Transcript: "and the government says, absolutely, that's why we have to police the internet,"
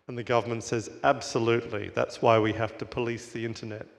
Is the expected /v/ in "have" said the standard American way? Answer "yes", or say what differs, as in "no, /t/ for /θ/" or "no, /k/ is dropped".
no, /f/ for /v/